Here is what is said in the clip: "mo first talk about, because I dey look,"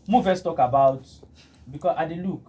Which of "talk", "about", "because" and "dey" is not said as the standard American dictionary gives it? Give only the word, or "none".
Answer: because